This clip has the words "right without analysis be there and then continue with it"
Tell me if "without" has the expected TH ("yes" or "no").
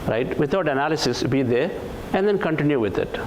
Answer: no